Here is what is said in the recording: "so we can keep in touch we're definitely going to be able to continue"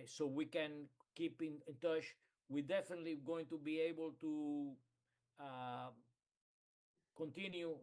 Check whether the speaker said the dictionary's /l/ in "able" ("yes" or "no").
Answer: yes